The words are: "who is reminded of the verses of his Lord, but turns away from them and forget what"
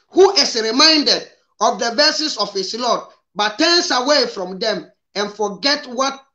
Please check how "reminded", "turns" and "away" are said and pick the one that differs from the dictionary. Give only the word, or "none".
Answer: turns